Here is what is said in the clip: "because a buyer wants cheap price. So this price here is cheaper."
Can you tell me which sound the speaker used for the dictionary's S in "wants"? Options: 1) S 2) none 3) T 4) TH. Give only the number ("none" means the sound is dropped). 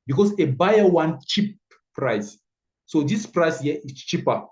2